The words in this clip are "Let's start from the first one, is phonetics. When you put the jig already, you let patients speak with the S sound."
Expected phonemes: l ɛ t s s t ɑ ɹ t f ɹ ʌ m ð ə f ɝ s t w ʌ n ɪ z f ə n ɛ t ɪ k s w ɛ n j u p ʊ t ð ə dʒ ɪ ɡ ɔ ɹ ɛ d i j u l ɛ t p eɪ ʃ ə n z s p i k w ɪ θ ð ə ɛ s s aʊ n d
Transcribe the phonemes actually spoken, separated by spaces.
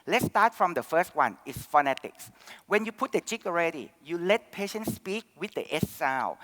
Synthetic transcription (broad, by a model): l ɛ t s s t ɑ t f ɹ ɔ m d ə f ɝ s t w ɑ n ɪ s f ə n ɛ t ɪ k s w ɛ n j u p ʊ t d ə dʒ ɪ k ɔ ɹ ɛ d i j u l ɛ t p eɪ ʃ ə n s p i k w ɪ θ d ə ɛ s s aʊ